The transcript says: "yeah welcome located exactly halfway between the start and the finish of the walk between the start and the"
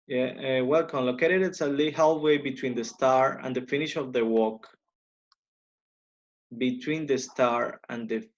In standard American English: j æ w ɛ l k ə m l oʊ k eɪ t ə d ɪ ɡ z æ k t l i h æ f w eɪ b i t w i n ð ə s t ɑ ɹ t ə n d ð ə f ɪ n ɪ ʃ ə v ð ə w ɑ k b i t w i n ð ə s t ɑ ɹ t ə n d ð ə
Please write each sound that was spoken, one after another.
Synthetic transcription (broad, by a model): j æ w ɛ l k ə m l oʊ k eɪ t ə d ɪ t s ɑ l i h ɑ w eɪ b i t w i n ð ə s t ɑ ɹ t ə n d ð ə f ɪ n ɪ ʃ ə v ð ə w ɑ k b i t w i n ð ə s t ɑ ɹ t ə n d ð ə